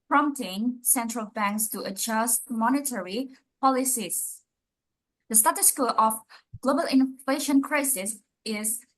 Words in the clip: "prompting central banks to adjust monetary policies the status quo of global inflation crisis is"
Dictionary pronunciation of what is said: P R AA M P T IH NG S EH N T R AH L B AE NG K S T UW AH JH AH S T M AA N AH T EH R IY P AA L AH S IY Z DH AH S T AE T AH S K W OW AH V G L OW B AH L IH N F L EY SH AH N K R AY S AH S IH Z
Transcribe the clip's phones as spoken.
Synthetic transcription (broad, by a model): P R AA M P T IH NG S EH N T R AH L B AE NG K S T UW AH JH AH S T M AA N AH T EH R IY P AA L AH S IY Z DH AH S T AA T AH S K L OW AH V G L OW B AH L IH N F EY SH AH N K R AY S AH S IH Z